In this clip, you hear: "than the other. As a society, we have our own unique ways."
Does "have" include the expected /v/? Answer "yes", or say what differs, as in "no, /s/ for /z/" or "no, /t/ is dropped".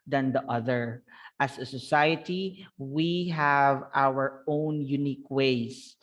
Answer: yes